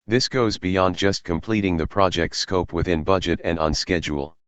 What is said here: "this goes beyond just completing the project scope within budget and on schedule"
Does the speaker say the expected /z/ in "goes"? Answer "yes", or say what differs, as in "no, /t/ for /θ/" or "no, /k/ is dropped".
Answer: yes